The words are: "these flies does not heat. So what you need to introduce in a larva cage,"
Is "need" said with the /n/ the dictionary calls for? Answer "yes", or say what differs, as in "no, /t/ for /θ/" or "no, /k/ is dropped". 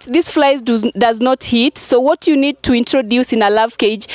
yes